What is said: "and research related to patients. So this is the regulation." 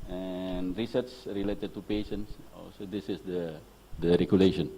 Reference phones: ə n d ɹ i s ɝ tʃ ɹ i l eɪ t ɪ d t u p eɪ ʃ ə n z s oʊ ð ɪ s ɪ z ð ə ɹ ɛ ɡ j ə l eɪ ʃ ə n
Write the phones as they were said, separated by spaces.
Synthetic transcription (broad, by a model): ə n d ɹ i s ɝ s ɹ i l eɪ t ɪ d t u p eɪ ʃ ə n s s oʊ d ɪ s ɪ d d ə ɹ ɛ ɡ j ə l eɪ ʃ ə n